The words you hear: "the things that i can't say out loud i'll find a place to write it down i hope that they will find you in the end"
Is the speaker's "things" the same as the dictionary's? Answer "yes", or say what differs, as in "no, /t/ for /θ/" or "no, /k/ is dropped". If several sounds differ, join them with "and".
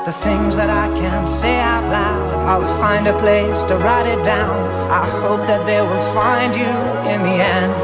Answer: yes